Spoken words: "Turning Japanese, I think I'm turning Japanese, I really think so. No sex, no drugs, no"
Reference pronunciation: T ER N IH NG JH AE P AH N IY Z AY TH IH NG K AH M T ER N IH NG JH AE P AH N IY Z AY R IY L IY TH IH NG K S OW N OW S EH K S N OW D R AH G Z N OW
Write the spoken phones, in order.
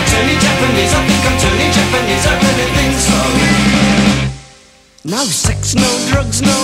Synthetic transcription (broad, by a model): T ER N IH JH AE P AH N IY Z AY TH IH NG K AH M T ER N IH JH AE P AH N IY Z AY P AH N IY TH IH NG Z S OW N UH S EH K S N OW D R AH G Z N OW